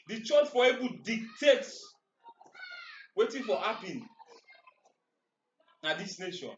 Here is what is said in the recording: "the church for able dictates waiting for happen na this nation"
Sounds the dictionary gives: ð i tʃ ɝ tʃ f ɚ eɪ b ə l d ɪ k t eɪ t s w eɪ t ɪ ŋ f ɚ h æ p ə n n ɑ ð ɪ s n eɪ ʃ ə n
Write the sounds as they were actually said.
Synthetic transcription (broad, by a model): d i tʃ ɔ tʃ f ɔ eɪ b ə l d ɪ k t eɪ t s w eɪ t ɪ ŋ f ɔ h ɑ p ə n n ɑ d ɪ s n eɪ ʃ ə n